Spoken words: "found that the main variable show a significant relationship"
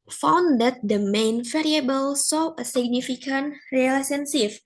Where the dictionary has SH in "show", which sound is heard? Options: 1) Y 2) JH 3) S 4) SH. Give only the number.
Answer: 3